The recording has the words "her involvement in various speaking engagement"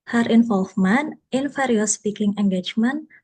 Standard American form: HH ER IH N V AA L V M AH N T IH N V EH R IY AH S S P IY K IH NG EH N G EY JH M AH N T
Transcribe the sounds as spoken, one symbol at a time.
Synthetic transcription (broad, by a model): HH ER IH N F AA L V M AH N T IH N F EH R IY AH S S P IY K IH NG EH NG G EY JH M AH N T